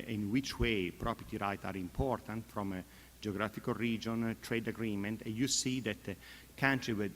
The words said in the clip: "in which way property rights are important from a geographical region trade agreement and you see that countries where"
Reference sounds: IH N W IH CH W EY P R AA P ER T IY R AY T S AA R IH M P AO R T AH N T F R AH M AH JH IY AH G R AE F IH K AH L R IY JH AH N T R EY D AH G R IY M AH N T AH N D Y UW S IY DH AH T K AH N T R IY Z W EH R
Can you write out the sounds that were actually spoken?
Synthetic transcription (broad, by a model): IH N W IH CH W EY P R AA P ER T IY R AY T AA R IH M P AO R T AH N T F R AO M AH JH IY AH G R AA F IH K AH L R IY JH AH N T R EY D AH G R IY M AH N T AH N D Y UW S IY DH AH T K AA N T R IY W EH